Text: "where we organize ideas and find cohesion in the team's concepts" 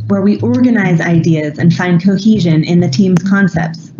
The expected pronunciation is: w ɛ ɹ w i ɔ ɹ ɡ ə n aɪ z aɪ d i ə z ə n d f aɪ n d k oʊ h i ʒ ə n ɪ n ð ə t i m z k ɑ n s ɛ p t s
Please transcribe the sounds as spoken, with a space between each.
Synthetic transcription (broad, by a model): w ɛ ɹ w i ɔ ɹ ɡ ə n aɪ z aɪ d i ə z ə n f aɪ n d k oʊ h i ʒ ə n ɪ n ð ə t i m z k ɑ n s ɛ p t s